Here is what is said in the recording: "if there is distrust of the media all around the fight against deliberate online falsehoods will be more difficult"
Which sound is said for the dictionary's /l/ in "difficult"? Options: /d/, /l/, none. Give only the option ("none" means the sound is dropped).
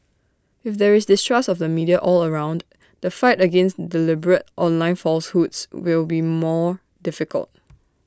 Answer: /l/